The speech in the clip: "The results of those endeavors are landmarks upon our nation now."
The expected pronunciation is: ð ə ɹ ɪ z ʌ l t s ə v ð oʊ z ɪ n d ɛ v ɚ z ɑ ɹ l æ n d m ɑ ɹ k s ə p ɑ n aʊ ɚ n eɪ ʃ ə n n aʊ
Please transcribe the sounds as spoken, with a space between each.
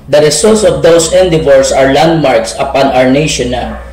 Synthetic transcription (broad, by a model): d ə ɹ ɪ s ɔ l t s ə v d oʊ s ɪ n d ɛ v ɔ s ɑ ɹ l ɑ n d m ɑ ɹ k s ə p ɑ n aʊ ɚ n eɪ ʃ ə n n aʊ